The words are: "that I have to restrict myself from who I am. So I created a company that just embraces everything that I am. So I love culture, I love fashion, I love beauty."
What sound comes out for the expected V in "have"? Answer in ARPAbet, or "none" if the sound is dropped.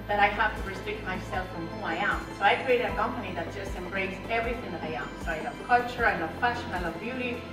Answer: F